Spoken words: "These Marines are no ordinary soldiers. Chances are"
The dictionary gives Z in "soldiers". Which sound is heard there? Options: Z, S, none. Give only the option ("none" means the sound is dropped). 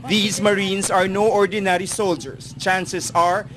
S